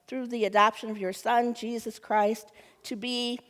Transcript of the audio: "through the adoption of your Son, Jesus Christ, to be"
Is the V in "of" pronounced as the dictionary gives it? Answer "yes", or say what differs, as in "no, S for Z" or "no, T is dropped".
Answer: yes